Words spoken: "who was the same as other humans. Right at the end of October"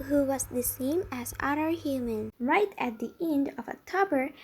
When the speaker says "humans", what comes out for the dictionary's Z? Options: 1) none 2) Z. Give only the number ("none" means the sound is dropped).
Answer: 1